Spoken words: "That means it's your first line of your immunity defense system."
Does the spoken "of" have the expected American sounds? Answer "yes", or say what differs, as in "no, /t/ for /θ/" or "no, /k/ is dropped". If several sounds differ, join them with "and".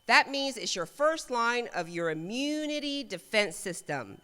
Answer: yes